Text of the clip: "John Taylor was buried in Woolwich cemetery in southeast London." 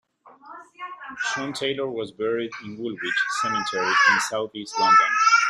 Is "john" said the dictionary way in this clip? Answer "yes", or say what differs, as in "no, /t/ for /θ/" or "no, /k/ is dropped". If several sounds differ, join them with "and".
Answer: no, /ʃ/ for /dʒ/